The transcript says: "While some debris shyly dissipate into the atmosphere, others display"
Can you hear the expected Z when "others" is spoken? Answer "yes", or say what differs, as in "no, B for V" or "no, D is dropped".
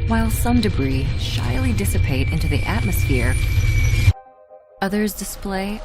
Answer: yes